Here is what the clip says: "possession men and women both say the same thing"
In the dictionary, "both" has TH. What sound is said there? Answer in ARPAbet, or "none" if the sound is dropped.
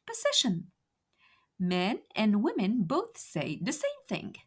TH